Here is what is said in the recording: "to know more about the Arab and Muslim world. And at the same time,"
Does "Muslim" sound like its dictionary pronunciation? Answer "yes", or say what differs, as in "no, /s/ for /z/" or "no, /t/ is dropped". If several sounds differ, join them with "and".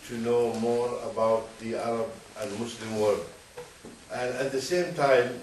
no, /s/ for /z/